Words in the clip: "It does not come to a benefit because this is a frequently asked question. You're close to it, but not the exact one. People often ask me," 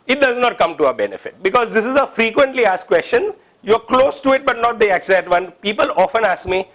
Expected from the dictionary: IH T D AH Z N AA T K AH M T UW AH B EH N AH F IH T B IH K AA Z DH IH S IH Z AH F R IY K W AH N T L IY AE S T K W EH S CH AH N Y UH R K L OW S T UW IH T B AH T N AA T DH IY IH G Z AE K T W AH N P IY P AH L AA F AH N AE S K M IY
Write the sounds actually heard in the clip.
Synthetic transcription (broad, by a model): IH T D AH Z N AA T K AH M T UW AH B EH N AH F IH T B IH K AA Z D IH S IH Z AH F R IY K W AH N T L IY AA S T K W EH S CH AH N Y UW R K L OW S T UW IH T B AH T N AA T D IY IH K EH T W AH N P IY P AH L AA F AH N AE S K M IY